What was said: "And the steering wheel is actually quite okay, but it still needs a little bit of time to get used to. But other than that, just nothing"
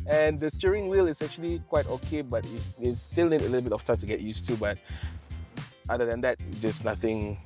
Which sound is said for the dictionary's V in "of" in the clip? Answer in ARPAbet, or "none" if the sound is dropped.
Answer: F